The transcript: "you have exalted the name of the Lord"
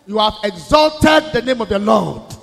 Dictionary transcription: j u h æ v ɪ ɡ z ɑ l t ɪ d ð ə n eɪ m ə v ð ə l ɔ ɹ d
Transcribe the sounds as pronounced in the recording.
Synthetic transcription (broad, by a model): j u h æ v ɪ ɡ z ɑ l t ɪ d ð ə n eɪ m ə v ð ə l ɔ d